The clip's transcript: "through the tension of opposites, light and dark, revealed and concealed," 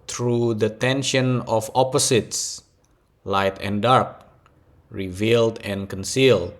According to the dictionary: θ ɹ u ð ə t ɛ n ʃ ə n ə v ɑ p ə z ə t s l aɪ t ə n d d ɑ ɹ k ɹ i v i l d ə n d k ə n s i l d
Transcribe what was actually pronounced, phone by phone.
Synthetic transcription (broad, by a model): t ɹ u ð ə t ɛ n ʃ ə n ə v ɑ p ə s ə t s l aɪ t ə n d d ɑ ɹ k ɹ i v i l d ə n k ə n s i l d